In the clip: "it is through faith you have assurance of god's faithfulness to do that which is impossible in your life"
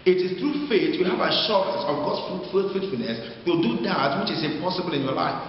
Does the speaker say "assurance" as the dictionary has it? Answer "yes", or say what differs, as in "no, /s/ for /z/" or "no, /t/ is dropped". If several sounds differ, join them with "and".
no, /n/ is dropped